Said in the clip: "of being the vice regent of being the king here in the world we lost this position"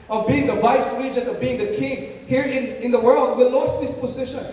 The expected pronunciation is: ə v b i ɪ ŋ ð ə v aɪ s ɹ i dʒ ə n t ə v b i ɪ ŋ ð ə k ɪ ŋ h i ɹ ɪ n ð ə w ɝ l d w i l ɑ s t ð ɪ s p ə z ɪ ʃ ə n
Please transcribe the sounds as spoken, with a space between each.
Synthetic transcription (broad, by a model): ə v b i ɪ ŋ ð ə v aɪ s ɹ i dʒ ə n ə v b i ɪ ŋ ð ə k ɪ ŋ h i ɹ ɪ n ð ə w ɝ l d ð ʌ l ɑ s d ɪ s p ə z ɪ ʃ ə n